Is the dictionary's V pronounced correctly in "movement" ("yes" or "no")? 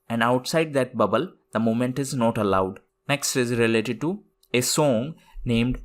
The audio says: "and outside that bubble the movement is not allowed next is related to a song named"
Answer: no